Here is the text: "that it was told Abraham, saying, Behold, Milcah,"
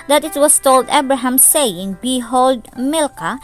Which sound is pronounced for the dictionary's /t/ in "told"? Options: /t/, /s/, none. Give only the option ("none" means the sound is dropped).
/t/